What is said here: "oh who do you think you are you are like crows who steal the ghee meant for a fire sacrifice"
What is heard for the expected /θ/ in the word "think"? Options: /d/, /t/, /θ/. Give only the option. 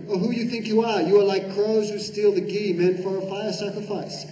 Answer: /θ/